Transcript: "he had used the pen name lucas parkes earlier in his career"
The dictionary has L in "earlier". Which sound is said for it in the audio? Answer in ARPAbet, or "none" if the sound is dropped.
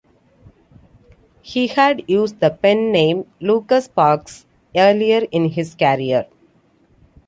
L